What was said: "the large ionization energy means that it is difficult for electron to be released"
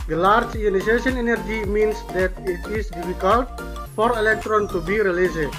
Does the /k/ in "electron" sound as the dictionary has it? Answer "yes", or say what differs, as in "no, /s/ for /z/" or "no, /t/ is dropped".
yes